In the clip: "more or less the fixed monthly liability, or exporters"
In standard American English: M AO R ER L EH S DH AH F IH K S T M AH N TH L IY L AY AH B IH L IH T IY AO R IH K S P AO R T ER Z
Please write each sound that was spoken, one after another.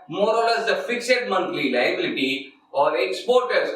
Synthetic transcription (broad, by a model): M AO R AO L EH S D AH F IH K S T M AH N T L IY L AY AH B IH L IH T IY AO R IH K S P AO R T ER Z